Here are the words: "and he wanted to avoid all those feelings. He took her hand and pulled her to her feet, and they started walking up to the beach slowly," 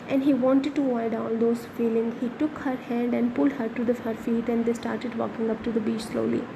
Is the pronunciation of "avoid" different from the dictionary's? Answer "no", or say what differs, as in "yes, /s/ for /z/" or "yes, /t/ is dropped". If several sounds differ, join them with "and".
yes, /v/ is dropped